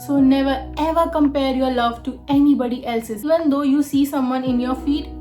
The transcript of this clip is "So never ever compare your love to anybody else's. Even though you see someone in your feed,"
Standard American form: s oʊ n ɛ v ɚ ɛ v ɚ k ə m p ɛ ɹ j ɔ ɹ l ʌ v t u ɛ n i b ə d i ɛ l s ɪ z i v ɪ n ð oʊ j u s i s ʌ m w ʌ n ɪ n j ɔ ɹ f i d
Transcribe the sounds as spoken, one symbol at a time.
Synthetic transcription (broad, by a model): s oʊ n ɛ v ɚ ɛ v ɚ k ə m p ɛ ɹ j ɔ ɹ l ʌ v t u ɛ n i b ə d i ɛ l s ɪ z i v ɪ n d oʊ j u s i s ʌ m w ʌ n ɪ n j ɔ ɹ f i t